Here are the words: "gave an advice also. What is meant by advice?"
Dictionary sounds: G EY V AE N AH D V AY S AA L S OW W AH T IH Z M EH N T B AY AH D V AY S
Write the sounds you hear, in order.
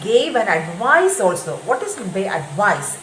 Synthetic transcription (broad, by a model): G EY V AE N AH D V AY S AA L S OW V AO T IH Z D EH T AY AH D V AY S